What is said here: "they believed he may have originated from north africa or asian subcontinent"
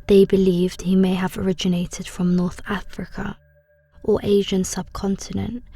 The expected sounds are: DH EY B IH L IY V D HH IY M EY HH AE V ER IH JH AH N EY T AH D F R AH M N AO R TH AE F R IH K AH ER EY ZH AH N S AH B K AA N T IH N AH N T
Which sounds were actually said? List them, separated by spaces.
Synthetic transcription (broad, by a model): DH EY B IH L IY V D HH IY M EY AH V ER IH JH AH N EY T AH D F R AH M N AO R TH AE F R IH K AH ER EY ZH AH N S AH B K AA N T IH N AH N T